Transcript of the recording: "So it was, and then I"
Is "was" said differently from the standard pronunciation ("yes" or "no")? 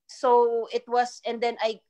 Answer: yes